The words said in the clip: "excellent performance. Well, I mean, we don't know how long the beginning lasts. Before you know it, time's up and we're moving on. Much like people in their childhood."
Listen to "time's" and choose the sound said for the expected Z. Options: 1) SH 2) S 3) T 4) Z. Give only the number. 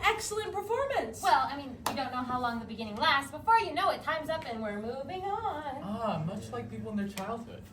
4